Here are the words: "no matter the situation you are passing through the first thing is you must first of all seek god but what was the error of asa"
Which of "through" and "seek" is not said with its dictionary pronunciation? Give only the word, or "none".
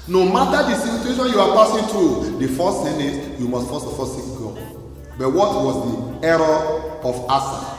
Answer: through